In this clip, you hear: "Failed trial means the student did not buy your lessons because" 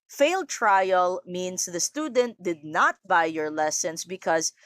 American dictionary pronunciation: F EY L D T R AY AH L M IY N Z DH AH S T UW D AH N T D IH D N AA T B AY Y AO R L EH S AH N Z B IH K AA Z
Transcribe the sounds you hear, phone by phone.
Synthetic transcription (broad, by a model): F EY L D T R AY AH L M IY N S DH AH S T UW D AH N T D IH D N AA T B AY Y AO R L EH S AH N S B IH K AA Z